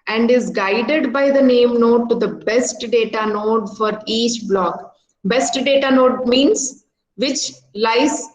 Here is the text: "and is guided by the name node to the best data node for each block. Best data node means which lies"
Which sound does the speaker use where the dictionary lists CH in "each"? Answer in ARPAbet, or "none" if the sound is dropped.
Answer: CH